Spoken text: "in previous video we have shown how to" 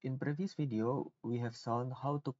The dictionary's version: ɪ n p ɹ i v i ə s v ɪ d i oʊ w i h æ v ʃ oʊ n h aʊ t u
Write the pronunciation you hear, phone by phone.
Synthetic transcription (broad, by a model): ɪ n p ɹ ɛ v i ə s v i d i oʊ w i h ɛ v s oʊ n h aʊ t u